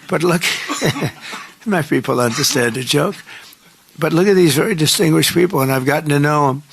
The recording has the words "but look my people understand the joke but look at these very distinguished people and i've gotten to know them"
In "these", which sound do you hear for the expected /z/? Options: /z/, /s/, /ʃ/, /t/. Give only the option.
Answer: /z/